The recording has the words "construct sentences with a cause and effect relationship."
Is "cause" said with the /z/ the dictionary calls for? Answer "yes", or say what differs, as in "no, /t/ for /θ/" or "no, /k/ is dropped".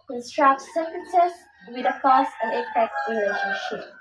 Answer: no, /s/ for /z/